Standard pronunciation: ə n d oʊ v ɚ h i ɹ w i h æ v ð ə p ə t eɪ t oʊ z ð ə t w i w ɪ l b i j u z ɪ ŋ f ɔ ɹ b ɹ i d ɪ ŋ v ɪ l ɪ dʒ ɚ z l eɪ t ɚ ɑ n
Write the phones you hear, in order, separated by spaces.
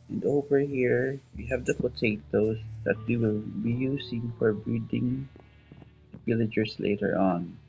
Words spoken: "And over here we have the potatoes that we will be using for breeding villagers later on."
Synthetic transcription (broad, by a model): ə n d oʊ v ɚ h i ɹ w i h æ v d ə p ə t eɪ t oʊ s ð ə t w i w ɪ l b i j u s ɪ ŋ f ɔ ɹ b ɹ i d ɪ ŋ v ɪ l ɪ dʒ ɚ s l eɪ t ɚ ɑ n